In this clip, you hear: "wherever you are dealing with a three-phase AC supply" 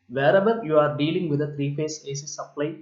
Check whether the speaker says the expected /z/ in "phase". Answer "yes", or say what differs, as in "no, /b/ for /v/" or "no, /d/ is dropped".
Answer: no, /s/ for /z/